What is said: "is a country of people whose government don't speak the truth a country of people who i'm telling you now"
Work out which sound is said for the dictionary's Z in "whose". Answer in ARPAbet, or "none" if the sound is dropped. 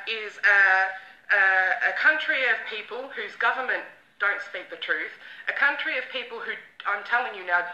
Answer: Z